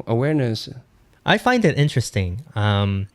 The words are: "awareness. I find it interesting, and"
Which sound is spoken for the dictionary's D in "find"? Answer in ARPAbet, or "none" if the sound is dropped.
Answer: D